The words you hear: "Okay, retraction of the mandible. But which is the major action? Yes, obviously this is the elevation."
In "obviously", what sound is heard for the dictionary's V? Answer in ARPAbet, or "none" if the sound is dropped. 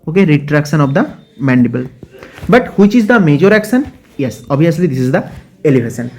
none